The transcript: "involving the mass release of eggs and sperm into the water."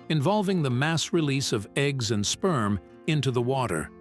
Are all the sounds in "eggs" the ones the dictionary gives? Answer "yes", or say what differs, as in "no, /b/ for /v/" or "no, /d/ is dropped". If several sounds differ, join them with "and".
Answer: yes